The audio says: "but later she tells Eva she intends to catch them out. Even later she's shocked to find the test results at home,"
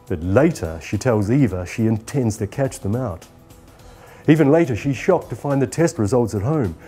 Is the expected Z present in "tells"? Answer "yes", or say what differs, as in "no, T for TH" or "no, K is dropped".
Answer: yes